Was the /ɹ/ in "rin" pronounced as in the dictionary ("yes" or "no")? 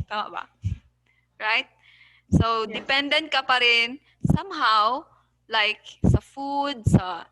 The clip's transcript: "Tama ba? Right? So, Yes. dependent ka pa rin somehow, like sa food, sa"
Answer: yes